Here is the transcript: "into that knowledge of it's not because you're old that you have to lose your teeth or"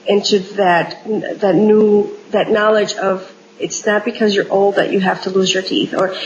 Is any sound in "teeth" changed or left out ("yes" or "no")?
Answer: no